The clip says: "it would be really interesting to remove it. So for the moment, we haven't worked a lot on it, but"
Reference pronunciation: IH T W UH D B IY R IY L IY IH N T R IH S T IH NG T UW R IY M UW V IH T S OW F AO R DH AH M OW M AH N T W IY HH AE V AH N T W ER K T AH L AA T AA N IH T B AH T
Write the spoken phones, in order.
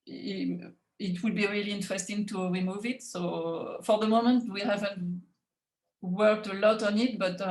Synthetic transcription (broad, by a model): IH T W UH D B IY R IY L IY IH N T R IH S T IH NG T UW R IY M UW V IH T S OW F AO R DH AH M OW M AH N T W IY HH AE V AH N T W ER K T AH L AA T AA N IH T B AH T